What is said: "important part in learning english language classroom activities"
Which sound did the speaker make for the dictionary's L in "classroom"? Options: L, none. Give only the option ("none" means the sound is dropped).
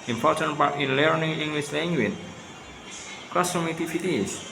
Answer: none